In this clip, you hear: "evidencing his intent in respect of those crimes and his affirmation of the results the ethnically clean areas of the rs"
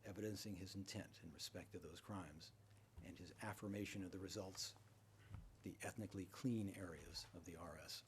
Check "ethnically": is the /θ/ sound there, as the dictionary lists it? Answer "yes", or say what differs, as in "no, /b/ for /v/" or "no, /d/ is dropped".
yes